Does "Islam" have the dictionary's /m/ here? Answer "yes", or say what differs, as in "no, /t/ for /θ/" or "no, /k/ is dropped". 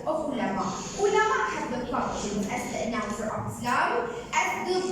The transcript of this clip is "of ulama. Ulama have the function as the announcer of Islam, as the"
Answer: no, /m/ is dropped